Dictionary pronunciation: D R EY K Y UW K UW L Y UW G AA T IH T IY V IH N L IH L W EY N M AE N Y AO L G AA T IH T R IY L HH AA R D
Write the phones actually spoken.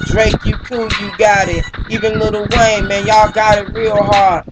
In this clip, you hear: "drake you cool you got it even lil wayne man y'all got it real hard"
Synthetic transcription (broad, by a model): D R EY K Y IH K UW Y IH G AA T IH T IY V IH N L IH L W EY M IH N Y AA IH G AA T IH T R IY L HH AA R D